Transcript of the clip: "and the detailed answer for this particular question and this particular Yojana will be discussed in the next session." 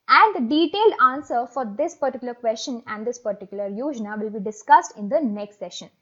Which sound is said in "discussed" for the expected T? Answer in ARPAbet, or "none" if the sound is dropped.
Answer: T